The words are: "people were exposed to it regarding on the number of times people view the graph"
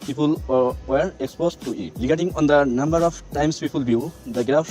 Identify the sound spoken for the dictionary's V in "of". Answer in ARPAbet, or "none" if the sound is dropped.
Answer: P